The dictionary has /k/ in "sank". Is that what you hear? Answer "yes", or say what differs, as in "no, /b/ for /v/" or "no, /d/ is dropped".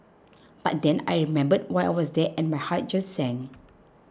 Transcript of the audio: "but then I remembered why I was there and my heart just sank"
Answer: no, /k/ is dropped